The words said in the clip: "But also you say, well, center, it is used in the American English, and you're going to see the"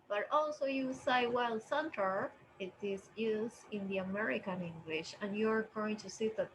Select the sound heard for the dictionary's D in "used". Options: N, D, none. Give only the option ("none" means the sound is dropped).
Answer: none